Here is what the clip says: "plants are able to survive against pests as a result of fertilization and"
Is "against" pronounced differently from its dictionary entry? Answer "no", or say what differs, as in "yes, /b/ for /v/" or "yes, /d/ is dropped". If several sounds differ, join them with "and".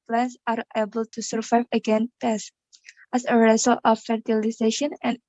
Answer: yes, /s/ is dropped